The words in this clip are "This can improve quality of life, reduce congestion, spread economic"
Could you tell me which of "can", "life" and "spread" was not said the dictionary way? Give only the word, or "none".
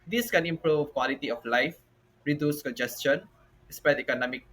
spread